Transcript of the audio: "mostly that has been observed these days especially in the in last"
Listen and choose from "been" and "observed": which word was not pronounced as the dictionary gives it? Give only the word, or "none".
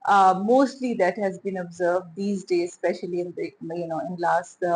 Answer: none